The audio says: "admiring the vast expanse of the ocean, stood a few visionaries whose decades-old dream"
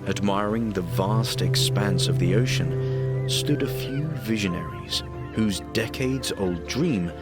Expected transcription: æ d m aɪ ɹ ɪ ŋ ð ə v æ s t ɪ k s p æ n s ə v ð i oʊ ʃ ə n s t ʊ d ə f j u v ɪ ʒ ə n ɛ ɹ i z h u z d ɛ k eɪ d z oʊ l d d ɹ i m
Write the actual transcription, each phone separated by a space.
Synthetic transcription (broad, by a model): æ d m aɪ ɹ ɪ ŋ ð ə v æ s t ɪ k s p æ n s ə v ð i oʊ ʃ ə n s t ʊ d ə f j u v ɪ ʒ ə n ɛ ɹ i z h u z d ɛ k eɪ d z oʊ l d d ɹ i m